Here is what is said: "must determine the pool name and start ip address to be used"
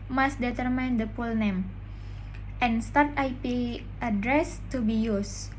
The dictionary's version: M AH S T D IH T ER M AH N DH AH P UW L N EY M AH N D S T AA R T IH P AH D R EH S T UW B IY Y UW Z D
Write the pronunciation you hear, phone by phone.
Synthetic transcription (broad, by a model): M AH S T D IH T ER M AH N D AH P UW L N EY M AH N S T AA R T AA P AH D R EH S T UW B IY Y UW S